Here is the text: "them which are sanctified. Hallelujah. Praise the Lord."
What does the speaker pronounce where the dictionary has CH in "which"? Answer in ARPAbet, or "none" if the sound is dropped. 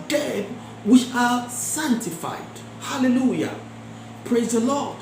none